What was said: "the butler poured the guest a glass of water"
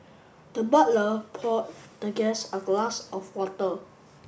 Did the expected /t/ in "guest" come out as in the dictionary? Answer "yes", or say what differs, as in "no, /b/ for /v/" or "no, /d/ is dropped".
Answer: no, /t/ is dropped